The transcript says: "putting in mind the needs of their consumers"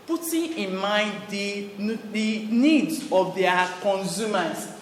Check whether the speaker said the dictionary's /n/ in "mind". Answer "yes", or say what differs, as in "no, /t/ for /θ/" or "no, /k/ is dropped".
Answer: no, /n/ is dropped